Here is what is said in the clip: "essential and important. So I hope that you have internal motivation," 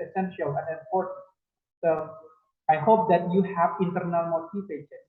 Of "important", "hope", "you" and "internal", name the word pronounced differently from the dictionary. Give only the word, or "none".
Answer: important